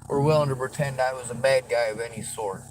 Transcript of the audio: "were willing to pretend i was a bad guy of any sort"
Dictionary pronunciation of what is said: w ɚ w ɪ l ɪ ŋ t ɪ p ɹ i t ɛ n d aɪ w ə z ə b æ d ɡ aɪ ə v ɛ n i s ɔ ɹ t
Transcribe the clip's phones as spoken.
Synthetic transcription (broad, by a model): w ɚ w ɪ l ɪ ŋ t ɪ p ɹ i t ɛ n d aɪ w ə z ə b æ d ɡ aɪ ə v ɛ n i s ɔ ɹ t